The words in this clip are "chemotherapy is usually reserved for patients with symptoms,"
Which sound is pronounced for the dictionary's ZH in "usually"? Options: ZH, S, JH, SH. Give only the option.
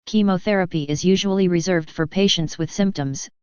ZH